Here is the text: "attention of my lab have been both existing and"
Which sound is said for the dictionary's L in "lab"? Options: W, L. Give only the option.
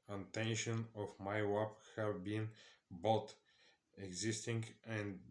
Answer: W